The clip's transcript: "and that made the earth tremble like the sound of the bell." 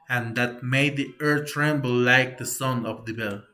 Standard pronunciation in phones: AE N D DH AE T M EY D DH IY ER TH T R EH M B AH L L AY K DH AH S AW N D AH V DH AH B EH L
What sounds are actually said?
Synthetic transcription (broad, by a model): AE N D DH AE T M EY D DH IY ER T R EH M B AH L L AY K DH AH S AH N AH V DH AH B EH L